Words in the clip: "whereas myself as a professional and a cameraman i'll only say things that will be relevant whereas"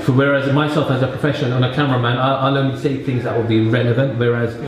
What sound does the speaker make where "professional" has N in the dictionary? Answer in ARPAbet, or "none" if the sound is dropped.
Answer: none